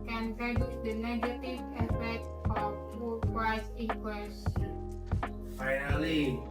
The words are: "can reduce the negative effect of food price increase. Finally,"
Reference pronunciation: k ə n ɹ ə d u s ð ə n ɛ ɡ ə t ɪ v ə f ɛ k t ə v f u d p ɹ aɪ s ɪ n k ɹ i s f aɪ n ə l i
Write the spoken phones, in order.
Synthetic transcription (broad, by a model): k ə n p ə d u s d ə n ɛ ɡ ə t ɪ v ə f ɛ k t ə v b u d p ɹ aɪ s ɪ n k w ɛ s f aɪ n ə l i